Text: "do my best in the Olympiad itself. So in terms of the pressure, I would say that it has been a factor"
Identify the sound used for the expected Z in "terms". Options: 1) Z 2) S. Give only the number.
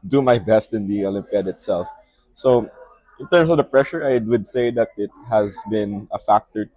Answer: 2